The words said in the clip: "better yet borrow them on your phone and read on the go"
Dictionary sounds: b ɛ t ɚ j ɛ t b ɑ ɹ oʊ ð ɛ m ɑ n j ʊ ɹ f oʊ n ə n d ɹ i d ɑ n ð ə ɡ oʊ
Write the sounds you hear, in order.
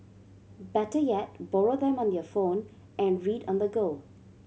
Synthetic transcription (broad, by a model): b ɛ t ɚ j ɛ t b ɑ ɹ oʊ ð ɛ m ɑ n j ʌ f oʊ n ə n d ɹ i d ɑ n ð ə ɡ oʊ